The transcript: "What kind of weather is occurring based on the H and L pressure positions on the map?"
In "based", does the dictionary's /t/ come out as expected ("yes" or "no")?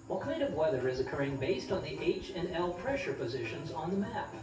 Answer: yes